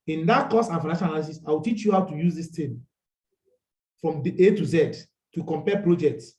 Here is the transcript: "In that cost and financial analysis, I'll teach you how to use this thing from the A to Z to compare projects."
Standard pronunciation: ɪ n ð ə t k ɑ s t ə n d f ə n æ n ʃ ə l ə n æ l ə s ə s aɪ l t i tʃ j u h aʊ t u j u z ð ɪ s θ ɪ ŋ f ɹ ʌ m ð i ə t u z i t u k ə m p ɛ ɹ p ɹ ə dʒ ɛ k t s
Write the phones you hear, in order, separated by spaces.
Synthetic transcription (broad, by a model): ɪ n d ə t k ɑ s ə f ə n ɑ ʃ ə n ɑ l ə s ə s aɪ w t i tʃ j u h aʊ t u j u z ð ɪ s t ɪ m f ɹ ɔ m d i ə t u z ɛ t u k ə m p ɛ p ɹ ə dʒ ɛ k t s